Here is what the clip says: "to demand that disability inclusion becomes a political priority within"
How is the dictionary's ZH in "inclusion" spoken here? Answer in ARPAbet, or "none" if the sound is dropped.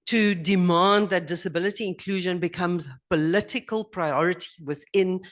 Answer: ZH